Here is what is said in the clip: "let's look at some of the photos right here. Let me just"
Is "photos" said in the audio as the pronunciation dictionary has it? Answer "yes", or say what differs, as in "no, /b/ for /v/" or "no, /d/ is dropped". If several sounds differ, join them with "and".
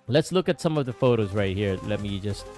yes